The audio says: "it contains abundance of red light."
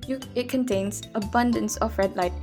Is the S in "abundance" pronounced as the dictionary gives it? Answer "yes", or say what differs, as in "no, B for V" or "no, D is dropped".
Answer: yes